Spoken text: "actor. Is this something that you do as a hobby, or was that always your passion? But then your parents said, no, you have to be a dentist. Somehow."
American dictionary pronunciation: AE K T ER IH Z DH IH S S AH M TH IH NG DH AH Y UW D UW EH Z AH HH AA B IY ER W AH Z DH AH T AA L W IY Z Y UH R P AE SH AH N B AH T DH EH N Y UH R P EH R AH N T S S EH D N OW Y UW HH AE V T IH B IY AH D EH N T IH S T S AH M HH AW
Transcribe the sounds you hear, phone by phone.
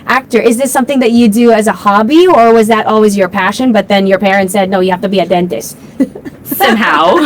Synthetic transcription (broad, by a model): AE K T ER IH Z DH IH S S AH M TH IH NG DH AH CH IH D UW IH Z AH HH AA B IY ER W AH Z DH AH T AA L W IY Z Y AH R P AE SH AH N B AH T DH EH N Y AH R P EH R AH N T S S EH D N OW Y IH HH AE F T IH B IY AH D EH N T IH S T S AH M HH AW